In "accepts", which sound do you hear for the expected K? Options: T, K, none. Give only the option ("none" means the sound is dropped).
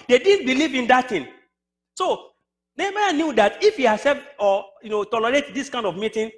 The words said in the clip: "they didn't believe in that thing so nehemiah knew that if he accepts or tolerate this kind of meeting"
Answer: none